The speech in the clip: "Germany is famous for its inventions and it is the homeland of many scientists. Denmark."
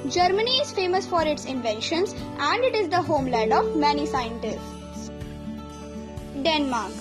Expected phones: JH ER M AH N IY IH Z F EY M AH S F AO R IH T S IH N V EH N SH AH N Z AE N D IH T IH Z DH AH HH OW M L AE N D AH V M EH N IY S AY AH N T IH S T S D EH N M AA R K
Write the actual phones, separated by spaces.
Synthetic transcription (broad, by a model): JH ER M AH N IY IH Z F EY M AH S F AO R IH T S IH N V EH N SH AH N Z AE N D IH T IH Z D AH HH OW M L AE D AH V M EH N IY S AY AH N T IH S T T D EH N M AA R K